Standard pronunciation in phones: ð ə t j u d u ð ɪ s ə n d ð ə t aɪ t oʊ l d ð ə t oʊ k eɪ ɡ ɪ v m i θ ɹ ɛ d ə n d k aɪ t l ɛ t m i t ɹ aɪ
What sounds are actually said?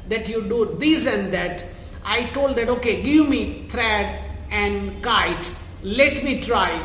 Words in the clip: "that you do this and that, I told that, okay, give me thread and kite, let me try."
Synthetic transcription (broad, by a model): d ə t j u d u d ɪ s ə n d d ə t aɪ t oʊ l d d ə t oʊ k eɪ ɡ ɪ v m i t ɹ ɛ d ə n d k aɪ t l ɛ t m i t ɹ aɪ